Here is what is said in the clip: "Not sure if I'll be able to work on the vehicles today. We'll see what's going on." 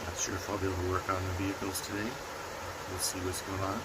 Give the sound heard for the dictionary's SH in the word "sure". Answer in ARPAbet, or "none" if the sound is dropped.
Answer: S